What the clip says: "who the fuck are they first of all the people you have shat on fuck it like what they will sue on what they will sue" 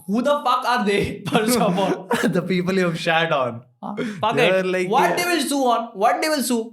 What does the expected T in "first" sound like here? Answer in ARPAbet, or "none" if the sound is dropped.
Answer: none